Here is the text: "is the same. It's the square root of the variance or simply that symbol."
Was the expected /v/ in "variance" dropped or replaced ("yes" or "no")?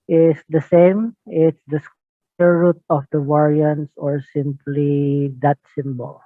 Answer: yes